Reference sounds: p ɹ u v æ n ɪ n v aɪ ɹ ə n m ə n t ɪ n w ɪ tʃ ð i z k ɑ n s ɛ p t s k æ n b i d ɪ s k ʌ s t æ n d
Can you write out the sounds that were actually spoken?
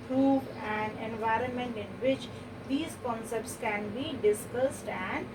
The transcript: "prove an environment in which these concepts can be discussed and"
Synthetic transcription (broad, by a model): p ɹ u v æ n ɪ n v aɪ ɹ ə n m ə n t ɪ n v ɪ tʃ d i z k ɑ n s ɛ p t s k æ n b i d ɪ s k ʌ s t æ n d